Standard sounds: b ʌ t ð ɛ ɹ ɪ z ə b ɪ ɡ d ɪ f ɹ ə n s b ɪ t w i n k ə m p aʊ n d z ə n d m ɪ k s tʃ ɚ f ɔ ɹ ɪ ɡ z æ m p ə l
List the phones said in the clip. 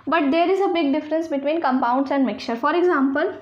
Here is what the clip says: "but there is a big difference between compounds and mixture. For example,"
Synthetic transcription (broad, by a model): b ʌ t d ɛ ɹ ɪ z ə b ɪ ɡ d ɪ f ɹ ə n s b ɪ t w i n k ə m p aʊ n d s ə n d m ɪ k tʃ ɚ f ɔ ɹ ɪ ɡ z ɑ m p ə l